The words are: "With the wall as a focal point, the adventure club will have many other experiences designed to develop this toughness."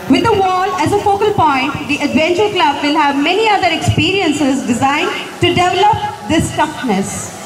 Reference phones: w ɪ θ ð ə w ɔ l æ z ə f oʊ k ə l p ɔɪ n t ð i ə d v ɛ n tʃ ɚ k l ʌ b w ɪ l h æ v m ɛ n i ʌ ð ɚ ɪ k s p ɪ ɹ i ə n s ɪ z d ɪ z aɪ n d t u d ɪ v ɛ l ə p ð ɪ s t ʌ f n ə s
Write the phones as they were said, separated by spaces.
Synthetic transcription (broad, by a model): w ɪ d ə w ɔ l æ z ə f oʊ k ə l p ɔɪ n t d i ə d v ɛ n tʃ ɚ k l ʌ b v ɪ l h æ v m ɛ n i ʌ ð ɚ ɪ k s p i ɹ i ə n s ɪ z d ɪ z aɪ n d t u d ɪ v ɛ l ə p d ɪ s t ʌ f n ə s